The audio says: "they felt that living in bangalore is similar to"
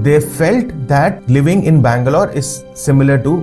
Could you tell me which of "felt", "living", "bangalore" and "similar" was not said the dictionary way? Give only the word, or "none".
none